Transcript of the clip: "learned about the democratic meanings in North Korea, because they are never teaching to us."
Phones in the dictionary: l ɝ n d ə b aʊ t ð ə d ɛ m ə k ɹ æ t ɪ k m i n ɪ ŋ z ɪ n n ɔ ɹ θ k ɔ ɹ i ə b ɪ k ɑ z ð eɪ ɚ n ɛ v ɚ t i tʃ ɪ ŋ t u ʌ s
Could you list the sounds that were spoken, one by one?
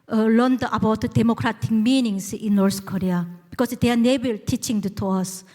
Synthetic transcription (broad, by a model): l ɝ n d ə b aʊ t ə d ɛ m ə k ɹ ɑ t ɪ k m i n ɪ ŋ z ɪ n n ɔ ɹ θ k ɔ ɹ i ə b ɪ k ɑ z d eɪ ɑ n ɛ b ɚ t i tʃ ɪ ŋ t u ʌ s